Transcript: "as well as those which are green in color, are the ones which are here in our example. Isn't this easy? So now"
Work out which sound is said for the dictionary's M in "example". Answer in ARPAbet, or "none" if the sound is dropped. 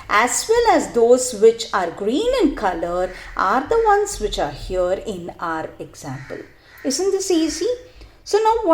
M